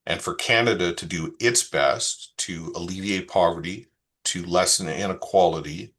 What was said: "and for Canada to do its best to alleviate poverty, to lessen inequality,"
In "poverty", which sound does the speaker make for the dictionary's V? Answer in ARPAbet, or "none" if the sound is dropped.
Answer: V